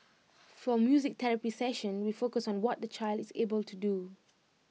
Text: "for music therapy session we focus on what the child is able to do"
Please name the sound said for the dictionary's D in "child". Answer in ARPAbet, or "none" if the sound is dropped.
D